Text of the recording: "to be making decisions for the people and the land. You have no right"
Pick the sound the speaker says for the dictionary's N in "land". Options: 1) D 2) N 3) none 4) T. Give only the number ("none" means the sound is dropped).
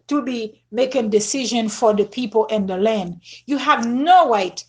2